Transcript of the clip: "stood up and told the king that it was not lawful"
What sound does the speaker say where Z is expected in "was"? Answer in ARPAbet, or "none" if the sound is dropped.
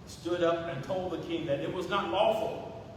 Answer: Z